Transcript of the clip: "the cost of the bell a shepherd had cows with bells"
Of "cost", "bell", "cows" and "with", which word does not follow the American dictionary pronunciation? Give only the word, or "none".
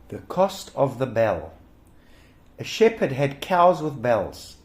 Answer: none